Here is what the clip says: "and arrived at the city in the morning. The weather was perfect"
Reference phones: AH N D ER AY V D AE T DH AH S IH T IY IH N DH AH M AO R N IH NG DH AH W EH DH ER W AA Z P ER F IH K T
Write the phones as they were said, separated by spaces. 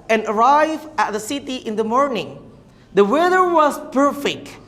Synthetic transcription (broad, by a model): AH N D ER AY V AE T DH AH S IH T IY IH N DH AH M AO R N IH NG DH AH W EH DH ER W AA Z P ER F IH K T